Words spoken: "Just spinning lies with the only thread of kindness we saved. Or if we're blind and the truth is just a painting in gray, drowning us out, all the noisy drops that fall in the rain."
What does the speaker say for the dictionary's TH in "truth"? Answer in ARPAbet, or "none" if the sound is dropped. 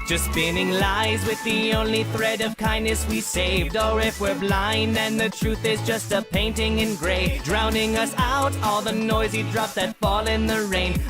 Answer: TH